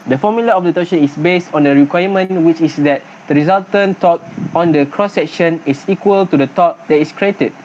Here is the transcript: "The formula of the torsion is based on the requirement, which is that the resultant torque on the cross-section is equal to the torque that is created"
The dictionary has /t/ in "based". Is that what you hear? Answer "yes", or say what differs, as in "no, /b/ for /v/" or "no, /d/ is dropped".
yes